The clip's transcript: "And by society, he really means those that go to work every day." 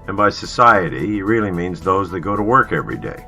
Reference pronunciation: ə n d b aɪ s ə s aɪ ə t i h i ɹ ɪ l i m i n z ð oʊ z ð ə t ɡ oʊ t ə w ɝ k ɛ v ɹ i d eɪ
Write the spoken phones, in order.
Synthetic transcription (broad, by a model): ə n b aɪ s ə s aɪ ə t i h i ɹ ɪ l i m i n z ð oʊ z ð ə t ɡ oʊ t ə w ɝ k ɛ v ɹ i d eɪ